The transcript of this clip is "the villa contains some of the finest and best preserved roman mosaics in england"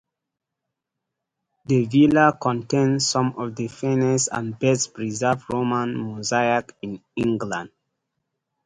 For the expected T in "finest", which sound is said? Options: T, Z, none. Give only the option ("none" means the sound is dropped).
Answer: none